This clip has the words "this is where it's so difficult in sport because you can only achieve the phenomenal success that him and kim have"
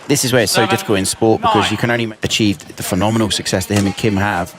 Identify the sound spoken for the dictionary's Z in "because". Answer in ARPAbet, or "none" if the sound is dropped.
Z